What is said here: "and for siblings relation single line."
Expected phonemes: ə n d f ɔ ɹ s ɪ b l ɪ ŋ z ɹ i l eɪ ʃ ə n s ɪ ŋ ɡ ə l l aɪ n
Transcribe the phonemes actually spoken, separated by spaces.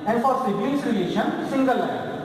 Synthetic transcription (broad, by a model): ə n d f ɔ ɹ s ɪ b l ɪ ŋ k ɹ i eɪ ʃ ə n s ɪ ŋ ɡ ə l l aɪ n